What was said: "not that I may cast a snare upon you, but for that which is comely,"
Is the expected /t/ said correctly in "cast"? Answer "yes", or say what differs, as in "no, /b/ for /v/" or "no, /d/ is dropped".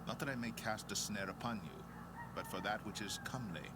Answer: yes